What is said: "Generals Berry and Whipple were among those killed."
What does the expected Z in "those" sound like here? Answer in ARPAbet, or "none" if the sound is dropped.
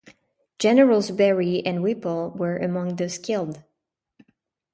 S